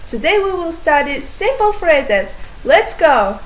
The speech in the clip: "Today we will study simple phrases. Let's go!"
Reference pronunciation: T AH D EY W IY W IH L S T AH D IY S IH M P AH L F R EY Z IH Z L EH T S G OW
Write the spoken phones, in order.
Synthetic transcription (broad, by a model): T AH D EY W IY W IH L S T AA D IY S IH M P AH L F R EY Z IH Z L EH T S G OW